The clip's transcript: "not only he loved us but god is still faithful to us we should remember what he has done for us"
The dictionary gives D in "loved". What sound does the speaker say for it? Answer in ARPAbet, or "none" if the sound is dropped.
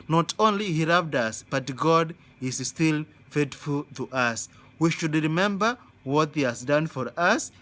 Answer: D